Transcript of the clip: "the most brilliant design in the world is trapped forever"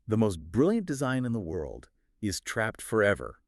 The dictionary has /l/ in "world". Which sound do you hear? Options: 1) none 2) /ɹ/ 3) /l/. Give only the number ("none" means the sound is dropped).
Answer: 3